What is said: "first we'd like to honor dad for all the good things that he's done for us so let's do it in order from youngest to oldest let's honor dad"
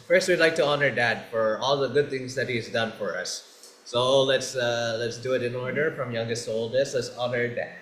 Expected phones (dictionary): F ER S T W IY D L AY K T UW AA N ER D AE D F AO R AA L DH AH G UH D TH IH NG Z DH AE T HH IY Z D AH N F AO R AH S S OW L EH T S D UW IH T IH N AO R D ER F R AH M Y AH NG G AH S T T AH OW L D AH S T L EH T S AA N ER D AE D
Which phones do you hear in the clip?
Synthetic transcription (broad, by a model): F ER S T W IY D L AY K T UW AA N ER D AE D F AO R AA L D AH G UH D T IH NG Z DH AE T HH IY Z D AH N F AO R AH S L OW L EH T S D UW IH T IH N AO R D ER F R AH M Y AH NG G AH S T T AH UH L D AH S L EH T S AA N ER D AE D